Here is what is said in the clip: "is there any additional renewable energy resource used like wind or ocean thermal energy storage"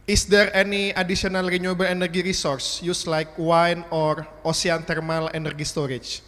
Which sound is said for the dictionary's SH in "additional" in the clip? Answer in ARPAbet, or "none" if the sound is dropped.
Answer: S